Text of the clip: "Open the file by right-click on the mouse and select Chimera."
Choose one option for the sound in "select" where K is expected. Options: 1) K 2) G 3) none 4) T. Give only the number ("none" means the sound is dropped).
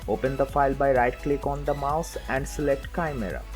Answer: 1